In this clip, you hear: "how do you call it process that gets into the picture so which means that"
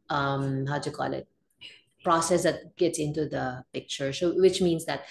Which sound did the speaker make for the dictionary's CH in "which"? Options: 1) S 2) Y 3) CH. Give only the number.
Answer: 3